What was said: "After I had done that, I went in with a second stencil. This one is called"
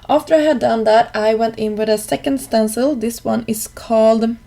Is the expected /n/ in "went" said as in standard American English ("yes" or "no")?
yes